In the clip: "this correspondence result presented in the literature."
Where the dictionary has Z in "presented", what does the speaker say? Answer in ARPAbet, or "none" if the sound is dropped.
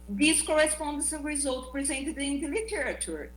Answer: Z